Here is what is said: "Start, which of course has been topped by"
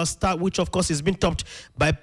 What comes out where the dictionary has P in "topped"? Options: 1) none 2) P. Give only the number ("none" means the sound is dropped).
2